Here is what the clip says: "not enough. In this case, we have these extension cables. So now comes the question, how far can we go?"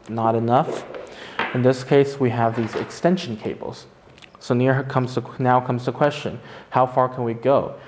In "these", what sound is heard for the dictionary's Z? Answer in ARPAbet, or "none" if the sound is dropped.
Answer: Z